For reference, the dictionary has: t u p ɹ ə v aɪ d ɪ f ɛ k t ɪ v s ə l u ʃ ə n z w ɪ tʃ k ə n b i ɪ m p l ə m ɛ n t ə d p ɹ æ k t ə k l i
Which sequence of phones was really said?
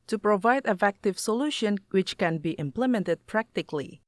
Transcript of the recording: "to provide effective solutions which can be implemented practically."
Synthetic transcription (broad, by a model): t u p ɹ ə v aɪ d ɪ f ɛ k t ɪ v s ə l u ʃ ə n w ɪ tʃ k ə n b i ɪ m p l ə m ɛ n t ə d p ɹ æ k t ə k l i